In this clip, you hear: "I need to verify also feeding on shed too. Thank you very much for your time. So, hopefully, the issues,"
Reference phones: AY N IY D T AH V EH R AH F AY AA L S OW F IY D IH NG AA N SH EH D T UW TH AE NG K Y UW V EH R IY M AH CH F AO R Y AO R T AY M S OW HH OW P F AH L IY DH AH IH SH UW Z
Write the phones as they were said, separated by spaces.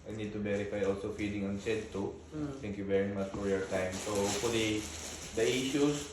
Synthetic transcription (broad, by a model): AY N IY D T AH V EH R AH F AY AA L S OW F IY D IH NG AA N S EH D T UW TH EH NG K Y UW V EH R IY M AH CH F AO R Y AO R T AY M S OW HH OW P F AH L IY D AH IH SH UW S